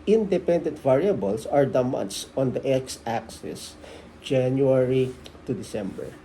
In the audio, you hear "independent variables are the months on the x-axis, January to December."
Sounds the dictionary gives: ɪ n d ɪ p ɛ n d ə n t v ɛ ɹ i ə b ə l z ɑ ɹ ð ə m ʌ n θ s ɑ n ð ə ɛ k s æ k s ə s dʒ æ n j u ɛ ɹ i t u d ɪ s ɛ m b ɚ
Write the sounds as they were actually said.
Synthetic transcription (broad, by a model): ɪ n d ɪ p ɛ n d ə n t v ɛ ɹ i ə b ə l s ɑ ɹ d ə m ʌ n t s ɑ n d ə ɛ k s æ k s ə s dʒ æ n j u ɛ ɹ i t u d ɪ s ɛ m b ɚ